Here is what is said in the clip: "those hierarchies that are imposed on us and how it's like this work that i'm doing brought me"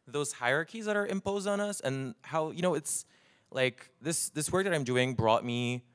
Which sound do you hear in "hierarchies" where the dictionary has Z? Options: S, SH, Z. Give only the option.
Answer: Z